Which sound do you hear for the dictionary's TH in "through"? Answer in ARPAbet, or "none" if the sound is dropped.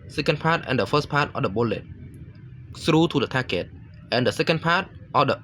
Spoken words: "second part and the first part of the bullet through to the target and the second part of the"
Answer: S